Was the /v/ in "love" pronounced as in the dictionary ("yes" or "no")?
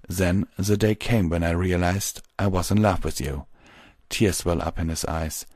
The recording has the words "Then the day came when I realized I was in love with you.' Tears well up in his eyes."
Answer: no